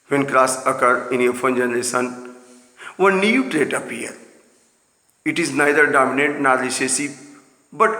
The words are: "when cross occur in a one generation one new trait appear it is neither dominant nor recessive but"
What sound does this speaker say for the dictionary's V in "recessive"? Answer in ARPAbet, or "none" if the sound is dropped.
B